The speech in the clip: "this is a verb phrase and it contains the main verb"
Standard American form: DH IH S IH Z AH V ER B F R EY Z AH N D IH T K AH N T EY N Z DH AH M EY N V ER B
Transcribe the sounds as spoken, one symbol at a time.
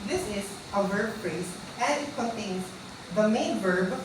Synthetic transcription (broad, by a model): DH IH S IH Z AH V ER B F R EY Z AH N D IH T K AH N T EY N S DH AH M EY N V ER B